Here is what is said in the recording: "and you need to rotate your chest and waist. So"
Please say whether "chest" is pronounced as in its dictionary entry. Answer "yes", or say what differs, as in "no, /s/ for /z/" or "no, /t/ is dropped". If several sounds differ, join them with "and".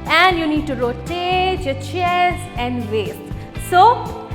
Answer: no, /t/ is dropped